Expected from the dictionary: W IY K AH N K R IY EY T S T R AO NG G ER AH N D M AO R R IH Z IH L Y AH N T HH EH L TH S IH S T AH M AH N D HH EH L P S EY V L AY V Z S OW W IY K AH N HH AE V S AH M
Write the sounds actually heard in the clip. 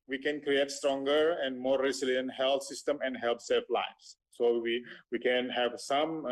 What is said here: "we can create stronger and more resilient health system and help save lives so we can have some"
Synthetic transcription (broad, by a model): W IY K AH N K R IY EY T S T R AO NG G ER AH N D M AO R R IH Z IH L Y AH N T HH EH L T S IH S T AH M AH N D HH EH L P S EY F L AY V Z S OW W IY K AH N HH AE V S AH M